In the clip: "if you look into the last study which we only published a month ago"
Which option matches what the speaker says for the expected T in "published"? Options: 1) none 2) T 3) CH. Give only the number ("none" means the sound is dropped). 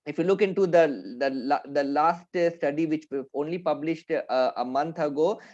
2